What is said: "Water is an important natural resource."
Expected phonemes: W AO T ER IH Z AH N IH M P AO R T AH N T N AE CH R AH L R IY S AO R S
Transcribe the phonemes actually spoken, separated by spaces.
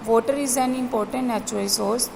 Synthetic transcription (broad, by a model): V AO T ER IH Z AH N IH M P AO R T AH N T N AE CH AH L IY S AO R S